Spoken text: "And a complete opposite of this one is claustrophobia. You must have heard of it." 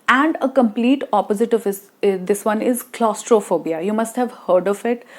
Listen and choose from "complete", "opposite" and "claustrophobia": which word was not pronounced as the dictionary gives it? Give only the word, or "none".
none